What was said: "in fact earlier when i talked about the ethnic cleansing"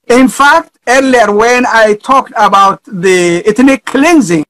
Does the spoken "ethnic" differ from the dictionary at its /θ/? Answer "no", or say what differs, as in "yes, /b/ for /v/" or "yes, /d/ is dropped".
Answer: yes, /t/ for /θ/